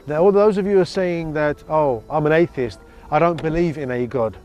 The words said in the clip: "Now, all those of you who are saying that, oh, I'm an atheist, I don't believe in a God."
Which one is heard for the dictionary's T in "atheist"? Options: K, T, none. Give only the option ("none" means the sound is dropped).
T